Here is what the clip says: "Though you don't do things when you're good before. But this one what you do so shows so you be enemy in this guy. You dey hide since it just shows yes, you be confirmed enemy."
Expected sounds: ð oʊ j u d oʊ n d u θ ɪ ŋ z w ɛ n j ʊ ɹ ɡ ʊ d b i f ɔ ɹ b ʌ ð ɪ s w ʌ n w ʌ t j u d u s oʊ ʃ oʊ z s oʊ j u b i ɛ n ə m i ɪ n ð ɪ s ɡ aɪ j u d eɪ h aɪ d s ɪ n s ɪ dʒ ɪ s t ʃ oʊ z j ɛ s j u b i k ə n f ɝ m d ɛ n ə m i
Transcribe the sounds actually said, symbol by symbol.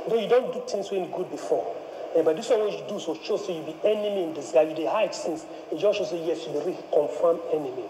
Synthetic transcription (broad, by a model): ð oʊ j u d oʊ n d u t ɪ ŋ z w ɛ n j ɡ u d b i f ɔ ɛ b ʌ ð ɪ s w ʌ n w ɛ j u d u s oʊ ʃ oʊ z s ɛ j u b i ɛ n ə m i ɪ n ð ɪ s ɡ aɪ j u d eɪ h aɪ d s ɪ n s ɪ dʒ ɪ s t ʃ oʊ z j ɛ s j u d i k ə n f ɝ m ɛ n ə m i